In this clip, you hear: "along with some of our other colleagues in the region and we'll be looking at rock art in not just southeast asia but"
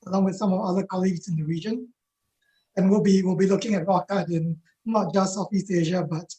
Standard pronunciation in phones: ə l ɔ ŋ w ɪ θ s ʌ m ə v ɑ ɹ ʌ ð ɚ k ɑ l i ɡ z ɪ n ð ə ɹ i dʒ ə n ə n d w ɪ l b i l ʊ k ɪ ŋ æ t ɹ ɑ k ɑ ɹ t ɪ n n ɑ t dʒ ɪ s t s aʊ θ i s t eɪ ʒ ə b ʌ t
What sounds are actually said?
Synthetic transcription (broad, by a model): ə l ɔ ŋ w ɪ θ s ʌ m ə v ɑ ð ʌ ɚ k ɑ l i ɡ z ɪ n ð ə ɹ i dʒ ə n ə n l w ɪ l b i l ʊ k ɪ ŋ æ t ɹ ɑ k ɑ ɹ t ɪ n n ɑ t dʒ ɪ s s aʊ f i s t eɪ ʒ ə b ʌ t